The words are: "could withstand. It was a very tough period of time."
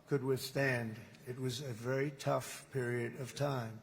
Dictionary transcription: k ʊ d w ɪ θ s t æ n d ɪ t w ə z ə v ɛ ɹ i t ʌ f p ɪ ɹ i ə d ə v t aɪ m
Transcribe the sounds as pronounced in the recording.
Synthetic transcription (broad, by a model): k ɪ d w ɪ θ s t æ n d ɪ t w ə z ə v ɛ ɹ i t ʌ f p ɪ ɹ i ə d ə v t aɪ m